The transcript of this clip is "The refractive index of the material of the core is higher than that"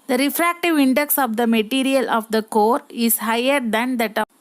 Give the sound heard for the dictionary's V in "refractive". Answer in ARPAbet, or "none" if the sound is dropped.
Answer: V